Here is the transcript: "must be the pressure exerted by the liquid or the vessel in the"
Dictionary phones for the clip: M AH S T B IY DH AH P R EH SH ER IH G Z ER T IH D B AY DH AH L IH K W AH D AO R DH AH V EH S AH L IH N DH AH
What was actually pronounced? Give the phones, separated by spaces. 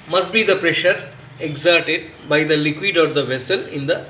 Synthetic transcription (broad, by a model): M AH S T B IY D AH P R EH SH ER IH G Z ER T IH D B AY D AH L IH K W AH D AO R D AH V EH S AH L IH N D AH